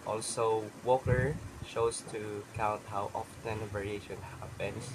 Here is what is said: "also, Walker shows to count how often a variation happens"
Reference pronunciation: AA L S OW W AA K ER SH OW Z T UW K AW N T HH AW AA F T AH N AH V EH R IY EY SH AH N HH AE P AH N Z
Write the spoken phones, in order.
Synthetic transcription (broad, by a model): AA L S OW W AA K ER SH OW S T UW K AW N T HH AW AA F T AH N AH V EH R IY EY SH AH N HH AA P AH N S